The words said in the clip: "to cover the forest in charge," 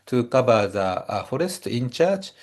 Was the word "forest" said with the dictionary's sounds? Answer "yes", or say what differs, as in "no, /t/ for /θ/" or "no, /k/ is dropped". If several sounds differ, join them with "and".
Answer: yes